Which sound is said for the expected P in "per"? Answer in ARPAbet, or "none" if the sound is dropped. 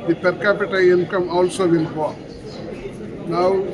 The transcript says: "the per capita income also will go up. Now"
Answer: P